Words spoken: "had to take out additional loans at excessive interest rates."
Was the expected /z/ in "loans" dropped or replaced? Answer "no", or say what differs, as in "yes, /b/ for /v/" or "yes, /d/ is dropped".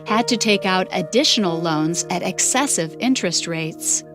no